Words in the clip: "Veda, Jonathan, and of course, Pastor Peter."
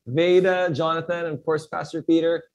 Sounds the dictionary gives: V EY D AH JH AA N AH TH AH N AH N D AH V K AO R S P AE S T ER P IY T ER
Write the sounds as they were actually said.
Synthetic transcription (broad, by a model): V EY D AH JH AA N AH TH AH N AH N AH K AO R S P AE S T ER P IY T ER